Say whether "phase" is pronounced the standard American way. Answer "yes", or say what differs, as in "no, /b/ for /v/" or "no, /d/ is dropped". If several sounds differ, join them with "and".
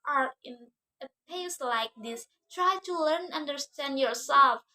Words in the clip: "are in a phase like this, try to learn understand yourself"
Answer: no, /p/ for /f/ and /s/ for /z/